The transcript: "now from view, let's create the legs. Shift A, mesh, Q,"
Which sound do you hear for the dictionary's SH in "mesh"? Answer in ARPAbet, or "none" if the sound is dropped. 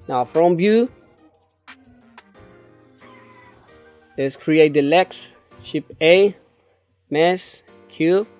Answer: S